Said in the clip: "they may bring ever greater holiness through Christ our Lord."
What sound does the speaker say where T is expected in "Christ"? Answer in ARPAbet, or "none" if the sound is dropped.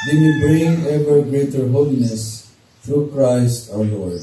T